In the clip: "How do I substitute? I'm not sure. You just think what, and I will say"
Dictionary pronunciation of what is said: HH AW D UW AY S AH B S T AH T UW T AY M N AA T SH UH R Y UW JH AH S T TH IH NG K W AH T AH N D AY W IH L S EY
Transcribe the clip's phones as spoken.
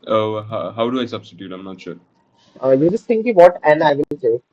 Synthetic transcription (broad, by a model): HH AW D UW AY S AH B S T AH T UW T AY M N AA T SH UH R Y UW JH AH S T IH NG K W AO T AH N AY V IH N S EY